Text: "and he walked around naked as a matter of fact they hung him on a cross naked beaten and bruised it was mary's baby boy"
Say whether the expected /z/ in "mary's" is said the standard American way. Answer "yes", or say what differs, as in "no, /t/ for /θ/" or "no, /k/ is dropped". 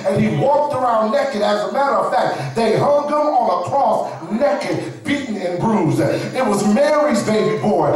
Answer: yes